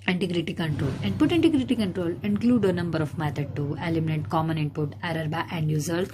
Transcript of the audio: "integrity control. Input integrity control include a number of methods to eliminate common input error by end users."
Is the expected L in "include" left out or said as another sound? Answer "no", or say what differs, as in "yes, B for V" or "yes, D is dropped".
no